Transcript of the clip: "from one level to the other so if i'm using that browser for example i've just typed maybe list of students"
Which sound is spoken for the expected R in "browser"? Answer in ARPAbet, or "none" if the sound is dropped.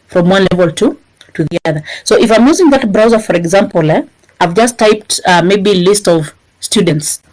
R